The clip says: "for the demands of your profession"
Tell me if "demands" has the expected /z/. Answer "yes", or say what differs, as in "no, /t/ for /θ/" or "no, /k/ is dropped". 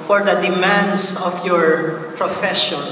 no, /s/ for /z/